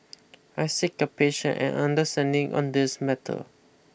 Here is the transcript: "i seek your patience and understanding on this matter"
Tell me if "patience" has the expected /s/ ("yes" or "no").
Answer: no